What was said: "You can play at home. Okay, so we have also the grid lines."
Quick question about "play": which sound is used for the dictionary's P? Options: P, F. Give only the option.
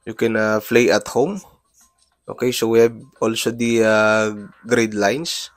F